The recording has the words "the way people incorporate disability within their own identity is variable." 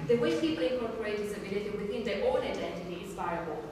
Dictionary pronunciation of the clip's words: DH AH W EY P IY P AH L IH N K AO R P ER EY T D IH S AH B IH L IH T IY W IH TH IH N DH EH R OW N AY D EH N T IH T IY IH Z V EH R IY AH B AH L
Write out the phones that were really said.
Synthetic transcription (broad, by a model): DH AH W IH P IY P AH L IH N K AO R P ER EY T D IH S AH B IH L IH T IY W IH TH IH N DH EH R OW L AY D EH N T IH T IY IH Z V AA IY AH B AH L